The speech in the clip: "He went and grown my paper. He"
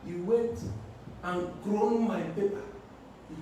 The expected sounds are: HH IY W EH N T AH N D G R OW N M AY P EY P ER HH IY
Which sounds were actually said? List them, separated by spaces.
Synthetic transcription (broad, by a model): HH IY W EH T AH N G R OW N M AY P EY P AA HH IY